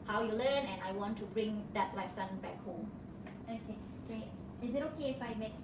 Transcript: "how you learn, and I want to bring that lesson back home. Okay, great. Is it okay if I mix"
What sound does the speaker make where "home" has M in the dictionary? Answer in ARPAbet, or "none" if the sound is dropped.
none